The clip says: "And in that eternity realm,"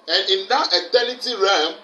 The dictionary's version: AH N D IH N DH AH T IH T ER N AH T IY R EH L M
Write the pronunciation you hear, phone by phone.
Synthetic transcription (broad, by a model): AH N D IH N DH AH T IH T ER L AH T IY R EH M